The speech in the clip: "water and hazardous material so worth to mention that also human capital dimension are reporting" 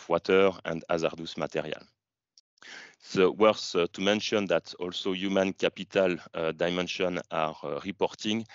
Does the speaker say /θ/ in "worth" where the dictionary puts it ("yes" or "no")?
no